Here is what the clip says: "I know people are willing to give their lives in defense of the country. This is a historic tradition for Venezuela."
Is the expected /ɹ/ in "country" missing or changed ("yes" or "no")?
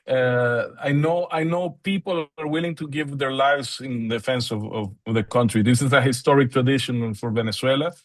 no